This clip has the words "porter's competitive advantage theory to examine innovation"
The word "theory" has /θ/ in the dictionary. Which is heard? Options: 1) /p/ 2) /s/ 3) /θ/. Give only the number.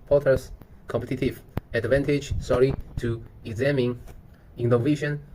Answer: 2